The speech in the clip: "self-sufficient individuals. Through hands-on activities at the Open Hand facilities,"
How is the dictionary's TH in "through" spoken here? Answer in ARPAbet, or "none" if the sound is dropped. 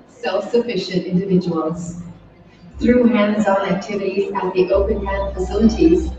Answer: TH